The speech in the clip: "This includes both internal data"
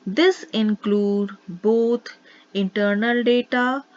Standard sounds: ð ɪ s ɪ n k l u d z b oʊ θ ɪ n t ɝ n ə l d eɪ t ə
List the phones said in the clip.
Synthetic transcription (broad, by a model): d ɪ s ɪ n k l u d b oʊ t ɪ n t ɝ n ə l d eɪ t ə